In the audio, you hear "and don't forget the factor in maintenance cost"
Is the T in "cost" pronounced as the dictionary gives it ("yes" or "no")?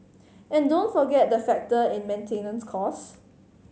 no